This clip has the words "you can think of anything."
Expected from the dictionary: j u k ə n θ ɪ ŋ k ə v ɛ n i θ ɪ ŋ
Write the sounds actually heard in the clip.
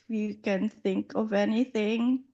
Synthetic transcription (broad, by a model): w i k ə n θ ɪ ŋ k ə v ɛ n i θ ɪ ŋ